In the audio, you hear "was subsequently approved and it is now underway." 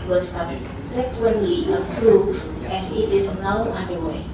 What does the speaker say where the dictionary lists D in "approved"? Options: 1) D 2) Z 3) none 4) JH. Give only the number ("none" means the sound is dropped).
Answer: 3